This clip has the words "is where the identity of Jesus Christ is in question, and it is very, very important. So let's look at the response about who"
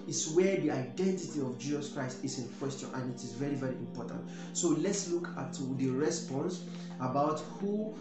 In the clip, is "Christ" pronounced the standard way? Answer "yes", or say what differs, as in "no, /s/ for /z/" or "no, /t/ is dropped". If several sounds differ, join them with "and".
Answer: yes